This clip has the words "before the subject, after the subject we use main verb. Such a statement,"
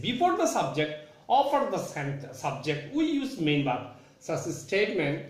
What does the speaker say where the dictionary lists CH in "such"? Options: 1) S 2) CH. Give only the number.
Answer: 1